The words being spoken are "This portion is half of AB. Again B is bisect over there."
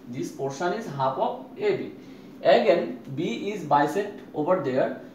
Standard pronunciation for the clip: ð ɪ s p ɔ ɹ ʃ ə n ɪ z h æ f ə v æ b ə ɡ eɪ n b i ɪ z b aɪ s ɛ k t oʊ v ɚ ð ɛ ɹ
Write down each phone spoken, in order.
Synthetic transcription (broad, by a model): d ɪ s p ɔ ɹ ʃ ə n ɪ z h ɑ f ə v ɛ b ə ɡ eɪ n b i ɪ z b aɪ s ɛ t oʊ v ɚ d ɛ ɹ